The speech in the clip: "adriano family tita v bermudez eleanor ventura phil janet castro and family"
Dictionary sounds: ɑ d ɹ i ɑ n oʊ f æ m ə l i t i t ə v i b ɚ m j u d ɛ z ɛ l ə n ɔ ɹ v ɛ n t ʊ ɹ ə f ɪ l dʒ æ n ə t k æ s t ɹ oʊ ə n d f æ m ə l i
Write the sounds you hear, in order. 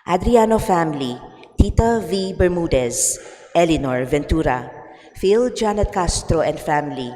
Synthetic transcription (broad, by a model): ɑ d ɹ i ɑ n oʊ f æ m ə l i t i t ə v i b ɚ m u d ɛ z ɛ l ə n ɔ ɹ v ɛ n t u ɹ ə f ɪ l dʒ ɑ n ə t k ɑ s t ɹ oʊ ə n d f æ m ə l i